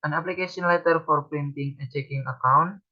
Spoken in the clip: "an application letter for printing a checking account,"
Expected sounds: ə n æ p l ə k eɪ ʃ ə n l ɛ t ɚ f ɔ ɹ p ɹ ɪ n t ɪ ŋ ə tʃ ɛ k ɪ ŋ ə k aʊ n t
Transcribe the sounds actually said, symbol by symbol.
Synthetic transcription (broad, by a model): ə n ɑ p l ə k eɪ s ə n l ɛ t ɚ f ɔ ɹ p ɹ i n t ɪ ŋ ə tʃ ɛ k ɪ ŋ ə k aʊ n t